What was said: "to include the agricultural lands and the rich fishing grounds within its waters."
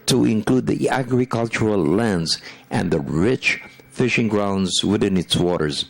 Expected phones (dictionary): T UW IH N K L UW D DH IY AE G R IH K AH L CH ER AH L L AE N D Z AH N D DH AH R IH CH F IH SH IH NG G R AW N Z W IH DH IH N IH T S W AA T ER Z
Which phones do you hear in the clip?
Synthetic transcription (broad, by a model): T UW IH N K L UW D DH IY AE G R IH K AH L CH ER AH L L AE N D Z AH N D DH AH R IH CH F IH SH IH NG G R AW N Z W IH DH IH N IH T S W AA T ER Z